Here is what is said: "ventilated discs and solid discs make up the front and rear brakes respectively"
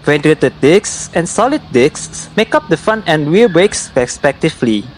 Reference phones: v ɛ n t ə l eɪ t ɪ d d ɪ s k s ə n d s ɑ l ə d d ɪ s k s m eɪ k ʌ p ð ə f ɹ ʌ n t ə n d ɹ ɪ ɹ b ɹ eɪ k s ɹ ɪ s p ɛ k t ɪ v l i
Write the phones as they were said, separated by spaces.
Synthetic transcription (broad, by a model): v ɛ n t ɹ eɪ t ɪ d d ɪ k s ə n s ɑ l ə d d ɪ k s m eɪ k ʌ p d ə f ʌ n ə n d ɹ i b ɹ eɪ k s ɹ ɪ s p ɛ k t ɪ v l i